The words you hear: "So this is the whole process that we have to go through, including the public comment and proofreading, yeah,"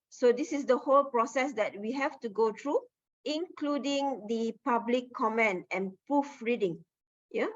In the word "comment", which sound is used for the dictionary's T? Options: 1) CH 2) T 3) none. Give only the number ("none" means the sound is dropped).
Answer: 3